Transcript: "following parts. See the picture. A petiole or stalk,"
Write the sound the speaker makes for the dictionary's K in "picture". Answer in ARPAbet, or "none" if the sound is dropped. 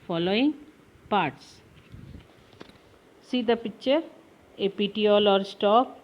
none